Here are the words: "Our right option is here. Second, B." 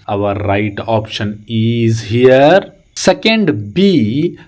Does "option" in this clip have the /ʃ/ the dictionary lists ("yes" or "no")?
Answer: yes